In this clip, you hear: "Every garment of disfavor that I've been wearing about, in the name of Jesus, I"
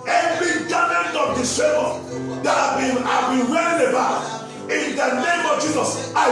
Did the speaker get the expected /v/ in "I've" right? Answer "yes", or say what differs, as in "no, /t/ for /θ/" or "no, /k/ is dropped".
no, /b/ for /v/